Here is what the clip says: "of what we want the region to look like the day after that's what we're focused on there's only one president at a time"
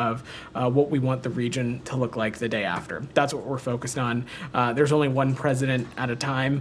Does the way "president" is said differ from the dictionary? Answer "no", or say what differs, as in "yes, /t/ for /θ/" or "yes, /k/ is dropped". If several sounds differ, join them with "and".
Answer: no